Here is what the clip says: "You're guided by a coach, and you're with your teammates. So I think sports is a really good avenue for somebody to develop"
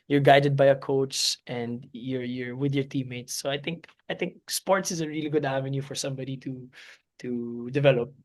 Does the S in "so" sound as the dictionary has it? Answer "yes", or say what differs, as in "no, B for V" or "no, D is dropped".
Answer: no, TH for S